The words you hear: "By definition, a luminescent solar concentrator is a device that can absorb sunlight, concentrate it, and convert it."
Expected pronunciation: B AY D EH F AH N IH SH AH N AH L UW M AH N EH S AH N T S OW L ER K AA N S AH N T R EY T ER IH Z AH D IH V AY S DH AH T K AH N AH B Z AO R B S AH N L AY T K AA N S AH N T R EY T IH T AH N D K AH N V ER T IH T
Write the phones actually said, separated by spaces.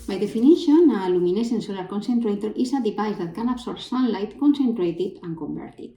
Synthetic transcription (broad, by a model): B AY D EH F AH N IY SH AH N AH L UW M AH N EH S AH N S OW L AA K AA N S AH N T R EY T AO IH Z AH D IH P AY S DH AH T K AH N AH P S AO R S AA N L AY T K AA N S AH N T R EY T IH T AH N K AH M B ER T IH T